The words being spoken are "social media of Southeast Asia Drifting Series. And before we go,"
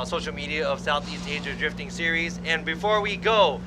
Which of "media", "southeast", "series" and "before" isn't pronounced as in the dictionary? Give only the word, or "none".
none